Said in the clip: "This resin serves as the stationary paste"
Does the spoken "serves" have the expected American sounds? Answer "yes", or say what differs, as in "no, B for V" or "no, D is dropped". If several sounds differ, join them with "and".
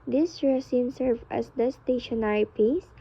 no, Z is dropped